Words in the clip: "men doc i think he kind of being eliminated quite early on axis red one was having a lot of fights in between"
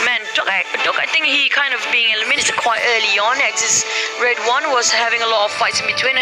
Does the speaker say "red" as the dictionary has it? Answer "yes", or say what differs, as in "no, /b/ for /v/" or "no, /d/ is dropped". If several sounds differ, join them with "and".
yes